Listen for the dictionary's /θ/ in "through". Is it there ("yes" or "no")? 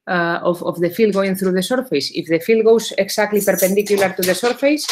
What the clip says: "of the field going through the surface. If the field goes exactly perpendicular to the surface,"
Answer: yes